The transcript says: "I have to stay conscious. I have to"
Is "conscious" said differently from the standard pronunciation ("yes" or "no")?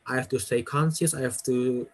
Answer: yes